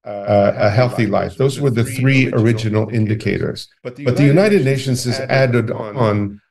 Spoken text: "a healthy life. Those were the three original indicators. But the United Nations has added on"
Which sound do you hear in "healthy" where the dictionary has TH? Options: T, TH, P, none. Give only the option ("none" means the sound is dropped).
TH